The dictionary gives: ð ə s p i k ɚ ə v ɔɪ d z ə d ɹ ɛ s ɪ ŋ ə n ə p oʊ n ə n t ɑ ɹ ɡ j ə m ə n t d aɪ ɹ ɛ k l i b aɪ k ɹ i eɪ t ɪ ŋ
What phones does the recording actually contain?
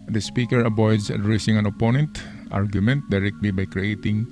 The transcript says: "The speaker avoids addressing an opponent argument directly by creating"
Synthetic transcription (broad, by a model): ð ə s p i k ɚ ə b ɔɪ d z ə d ɹ ɛ s ɪ ŋ ə n ə p oʊ n ə n t ɑ ɹ ɡ j ə m ə n t d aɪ ɹ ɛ k l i b aɪ k ɹ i eɪ t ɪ ŋ